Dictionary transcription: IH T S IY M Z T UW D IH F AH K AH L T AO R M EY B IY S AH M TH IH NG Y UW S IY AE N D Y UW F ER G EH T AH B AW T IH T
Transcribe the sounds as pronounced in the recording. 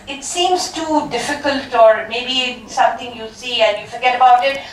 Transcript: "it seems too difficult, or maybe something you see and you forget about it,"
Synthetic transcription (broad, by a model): IH T S IY M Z T UW D IH F AH K AH L T AO R M EY B IY S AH M T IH NG Y UW S IY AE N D Y UW F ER G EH T AH B AW T IH T